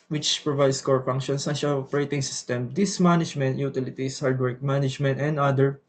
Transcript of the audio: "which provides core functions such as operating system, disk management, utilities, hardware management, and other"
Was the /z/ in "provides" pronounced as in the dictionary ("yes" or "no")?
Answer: no